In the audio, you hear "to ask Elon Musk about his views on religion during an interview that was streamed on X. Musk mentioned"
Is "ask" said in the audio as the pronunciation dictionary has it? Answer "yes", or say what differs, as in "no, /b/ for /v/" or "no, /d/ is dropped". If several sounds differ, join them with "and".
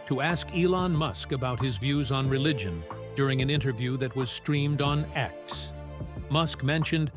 yes